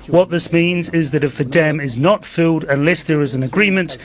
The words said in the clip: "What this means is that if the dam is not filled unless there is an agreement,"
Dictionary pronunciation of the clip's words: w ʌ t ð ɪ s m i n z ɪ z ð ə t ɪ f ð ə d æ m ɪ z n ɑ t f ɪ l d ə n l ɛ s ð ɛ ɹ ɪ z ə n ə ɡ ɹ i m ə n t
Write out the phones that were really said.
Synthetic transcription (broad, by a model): w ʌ t ð ɪ s m i n z ɪ z ð ə t ɪ f ð ə d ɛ m ɪ z n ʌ t f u d ə n l ɛ s ð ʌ ɹ ɪ z ə n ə ɡ ɹ i m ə n t